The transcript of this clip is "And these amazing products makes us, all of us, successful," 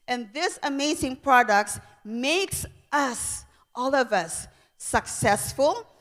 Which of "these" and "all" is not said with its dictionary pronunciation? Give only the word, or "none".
these